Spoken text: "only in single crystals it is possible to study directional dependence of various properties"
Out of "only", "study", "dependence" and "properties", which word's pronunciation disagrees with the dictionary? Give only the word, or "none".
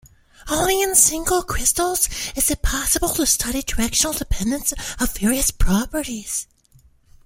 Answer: only